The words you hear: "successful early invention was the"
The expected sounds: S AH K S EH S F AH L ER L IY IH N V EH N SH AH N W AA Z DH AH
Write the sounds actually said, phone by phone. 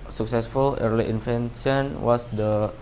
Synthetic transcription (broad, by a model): S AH K S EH S F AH L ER L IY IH N F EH N S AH N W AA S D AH